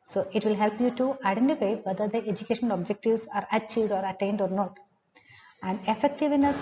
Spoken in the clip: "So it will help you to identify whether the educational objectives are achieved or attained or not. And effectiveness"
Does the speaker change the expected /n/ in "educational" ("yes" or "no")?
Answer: yes